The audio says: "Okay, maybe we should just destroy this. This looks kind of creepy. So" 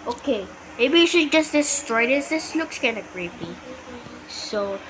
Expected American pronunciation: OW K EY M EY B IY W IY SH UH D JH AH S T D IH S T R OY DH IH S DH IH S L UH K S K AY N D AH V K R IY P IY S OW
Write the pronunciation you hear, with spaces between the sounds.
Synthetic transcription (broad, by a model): OW K EY M EY B IY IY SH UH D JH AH S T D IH S T R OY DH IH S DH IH S L UH K S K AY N AH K R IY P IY S OW